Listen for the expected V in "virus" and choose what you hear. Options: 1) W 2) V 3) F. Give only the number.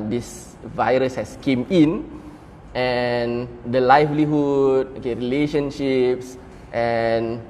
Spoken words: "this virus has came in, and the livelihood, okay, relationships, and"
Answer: 2